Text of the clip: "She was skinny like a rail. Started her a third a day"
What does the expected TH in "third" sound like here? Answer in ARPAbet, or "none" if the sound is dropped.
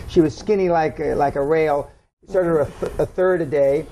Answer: TH